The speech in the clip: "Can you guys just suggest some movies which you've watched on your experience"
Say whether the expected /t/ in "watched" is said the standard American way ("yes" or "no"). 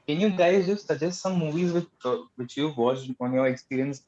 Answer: no